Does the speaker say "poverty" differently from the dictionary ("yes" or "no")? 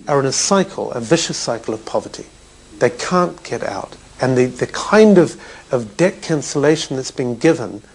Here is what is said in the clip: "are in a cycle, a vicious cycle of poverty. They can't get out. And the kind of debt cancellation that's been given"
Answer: no